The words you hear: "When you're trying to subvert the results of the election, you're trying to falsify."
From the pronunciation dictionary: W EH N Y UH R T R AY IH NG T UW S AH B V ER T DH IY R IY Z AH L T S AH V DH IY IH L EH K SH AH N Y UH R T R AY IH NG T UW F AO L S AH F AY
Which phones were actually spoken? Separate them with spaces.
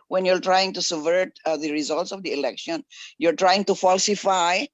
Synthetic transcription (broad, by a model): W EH N Y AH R T R AY IH NG T UW S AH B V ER T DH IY R IY Z AH L T S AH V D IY IH L EH K SH AH N Y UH R T R AY IH NG T UW F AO L S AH F AY